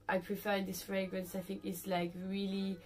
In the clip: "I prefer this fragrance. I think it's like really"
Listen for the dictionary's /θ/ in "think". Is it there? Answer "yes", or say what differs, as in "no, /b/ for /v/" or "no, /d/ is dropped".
yes